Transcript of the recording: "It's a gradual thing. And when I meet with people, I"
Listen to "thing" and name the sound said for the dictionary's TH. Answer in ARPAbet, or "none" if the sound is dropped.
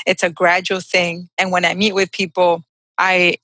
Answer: TH